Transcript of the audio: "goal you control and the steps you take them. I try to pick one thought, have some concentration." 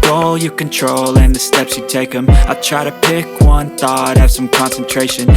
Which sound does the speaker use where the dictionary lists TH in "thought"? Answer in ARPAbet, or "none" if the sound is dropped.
TH